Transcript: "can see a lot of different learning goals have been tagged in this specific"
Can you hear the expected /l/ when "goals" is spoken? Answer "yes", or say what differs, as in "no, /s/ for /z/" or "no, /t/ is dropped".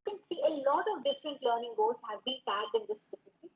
no, /l/ is dropped